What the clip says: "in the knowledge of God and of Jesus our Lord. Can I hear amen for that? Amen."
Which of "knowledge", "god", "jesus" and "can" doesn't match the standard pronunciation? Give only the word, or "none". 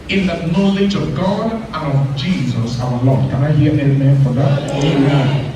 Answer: none